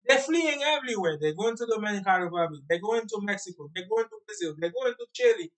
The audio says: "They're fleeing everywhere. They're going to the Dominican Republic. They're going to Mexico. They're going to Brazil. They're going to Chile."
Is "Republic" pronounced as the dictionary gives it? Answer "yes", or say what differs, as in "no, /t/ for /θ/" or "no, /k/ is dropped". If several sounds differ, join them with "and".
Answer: no, /b/ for /p/ and /l/ is dropped